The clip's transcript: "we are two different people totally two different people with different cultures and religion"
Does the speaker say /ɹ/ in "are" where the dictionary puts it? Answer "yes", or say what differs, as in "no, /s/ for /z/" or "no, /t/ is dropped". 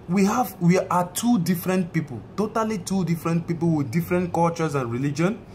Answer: no, /w/ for /ɹ/